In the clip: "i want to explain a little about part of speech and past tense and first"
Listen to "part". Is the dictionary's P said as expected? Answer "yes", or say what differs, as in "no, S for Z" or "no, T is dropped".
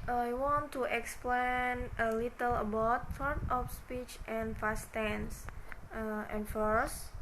no, F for P